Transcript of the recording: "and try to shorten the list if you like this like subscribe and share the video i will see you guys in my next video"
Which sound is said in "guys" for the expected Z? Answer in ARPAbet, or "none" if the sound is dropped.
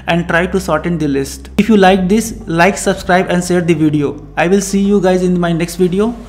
Z